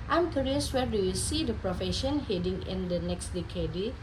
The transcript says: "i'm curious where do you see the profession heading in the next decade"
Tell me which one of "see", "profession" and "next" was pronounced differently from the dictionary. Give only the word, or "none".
none